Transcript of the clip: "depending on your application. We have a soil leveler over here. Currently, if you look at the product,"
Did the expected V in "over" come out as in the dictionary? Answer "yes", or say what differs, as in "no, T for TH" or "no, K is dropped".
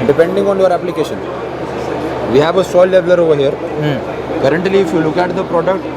yes